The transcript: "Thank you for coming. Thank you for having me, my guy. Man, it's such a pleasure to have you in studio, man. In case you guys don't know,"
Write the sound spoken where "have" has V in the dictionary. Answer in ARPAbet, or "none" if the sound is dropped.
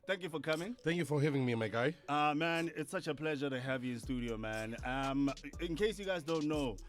V